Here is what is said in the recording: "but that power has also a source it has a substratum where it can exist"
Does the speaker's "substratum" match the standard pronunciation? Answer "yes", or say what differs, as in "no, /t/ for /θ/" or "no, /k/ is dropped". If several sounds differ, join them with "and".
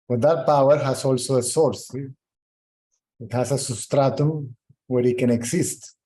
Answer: no, /b/ is dropped